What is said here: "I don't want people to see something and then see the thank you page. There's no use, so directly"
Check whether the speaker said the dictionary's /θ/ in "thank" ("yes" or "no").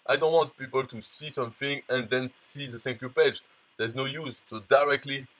no